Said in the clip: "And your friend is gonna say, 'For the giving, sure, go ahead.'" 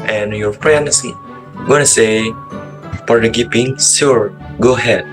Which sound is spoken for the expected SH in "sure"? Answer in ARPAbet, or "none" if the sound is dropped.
S